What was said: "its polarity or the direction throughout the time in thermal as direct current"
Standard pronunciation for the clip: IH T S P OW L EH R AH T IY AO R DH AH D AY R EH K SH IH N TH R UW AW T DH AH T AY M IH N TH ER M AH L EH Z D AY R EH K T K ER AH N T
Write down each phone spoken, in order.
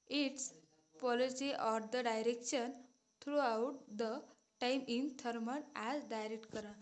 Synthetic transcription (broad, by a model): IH T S P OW L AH S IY AO R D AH D AY R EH K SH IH N T R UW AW T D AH T AY M IH N T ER M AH N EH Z D AY R EH K T K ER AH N